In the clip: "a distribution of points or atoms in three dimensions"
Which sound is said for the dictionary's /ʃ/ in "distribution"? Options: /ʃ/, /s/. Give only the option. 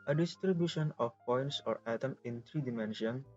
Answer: /ʃ/